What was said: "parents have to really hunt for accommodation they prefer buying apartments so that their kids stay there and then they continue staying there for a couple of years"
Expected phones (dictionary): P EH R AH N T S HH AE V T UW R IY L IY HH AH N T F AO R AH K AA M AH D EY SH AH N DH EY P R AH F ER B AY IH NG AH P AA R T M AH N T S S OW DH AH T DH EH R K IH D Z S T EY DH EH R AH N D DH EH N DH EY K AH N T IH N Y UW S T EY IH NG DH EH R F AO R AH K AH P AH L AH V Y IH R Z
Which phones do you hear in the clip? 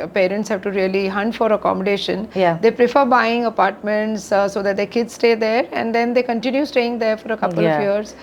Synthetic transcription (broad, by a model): P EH R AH N T S HH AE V T UW R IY L IY HH AH N T F AO R AH K AA M AH D EY SH AH N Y EY P R AH F ER B AY IH NG AH P AA R T M AH N T S S OW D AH T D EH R K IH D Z S T EY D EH R AH N D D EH N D EY K AH N T IH N Y UW S T EY IH NG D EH R F AO R AH K AH P AH L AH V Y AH R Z